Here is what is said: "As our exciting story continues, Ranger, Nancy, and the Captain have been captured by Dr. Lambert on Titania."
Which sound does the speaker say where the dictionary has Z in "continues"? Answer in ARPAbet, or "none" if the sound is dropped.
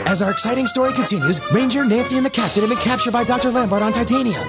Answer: Z